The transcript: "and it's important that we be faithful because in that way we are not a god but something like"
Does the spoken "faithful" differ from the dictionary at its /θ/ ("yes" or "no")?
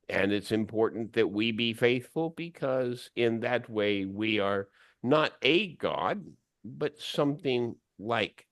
no